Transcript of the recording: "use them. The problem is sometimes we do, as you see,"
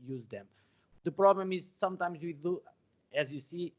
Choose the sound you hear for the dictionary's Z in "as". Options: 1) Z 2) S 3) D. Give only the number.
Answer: 1